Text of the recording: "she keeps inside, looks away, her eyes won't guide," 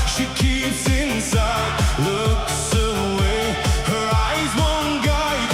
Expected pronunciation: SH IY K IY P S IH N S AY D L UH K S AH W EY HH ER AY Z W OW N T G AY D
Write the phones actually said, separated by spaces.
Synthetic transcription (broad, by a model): SH IY K IY P S IH N S AY D L UH K S AH W EY HH ER AY Z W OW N G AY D